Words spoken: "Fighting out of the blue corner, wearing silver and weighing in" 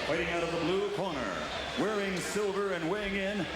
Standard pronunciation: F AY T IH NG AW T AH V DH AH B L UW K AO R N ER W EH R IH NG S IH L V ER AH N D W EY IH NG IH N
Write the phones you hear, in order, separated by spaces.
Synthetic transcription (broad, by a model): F AY T IH NG AW T AH V DH AH B L UW K AO R N ER W EH R IH NG S IH L V ER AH N W EY IH NG IH N